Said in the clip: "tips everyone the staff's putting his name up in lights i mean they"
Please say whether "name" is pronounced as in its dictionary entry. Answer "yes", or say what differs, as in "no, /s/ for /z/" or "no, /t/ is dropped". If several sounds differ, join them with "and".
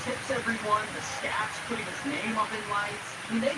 yes